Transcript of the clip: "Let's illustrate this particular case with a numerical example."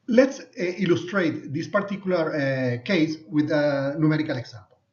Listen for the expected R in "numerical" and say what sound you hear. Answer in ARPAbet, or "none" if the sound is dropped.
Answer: R